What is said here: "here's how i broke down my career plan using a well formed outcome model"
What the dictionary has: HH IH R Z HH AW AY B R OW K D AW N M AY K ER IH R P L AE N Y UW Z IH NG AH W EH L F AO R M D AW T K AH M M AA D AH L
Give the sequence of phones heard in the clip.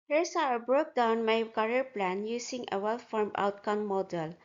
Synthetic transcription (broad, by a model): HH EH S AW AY B R OW K D AW N M AY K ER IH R P L AE N Y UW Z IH NG AH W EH L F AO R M AW T K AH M M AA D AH L